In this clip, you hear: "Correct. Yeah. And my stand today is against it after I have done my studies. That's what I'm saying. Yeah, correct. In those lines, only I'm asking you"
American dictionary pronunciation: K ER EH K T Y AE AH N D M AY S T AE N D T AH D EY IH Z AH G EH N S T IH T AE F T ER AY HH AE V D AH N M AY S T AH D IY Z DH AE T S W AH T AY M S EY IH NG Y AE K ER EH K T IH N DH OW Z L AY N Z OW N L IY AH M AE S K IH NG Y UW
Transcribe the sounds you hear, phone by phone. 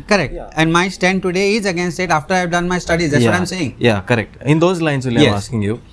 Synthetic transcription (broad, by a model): K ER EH K T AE AH N D M AY S T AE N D T AH D EY IH Z AH G EH N S T IH T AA F T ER AY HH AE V D AH N M AY S T AH D IY Z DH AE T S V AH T AY M S EY IH NG Y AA K ER EH K T IH N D OW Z L AY N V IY L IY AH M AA S K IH NG Y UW